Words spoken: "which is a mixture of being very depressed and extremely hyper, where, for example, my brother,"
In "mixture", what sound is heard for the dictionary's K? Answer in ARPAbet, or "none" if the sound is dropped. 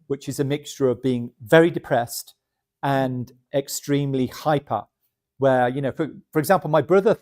K